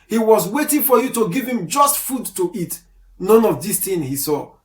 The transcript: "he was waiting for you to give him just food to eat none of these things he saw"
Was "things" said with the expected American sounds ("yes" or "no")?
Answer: no